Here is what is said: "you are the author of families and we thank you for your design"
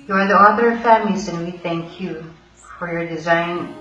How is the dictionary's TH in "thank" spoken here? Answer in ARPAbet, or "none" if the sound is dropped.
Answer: TH